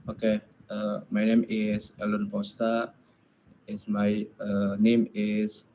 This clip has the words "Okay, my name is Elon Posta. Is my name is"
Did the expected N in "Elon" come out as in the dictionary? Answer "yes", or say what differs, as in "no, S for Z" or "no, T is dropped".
yes